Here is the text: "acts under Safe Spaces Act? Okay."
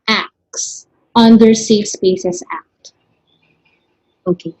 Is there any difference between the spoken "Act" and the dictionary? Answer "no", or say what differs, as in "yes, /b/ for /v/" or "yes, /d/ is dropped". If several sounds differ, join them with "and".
no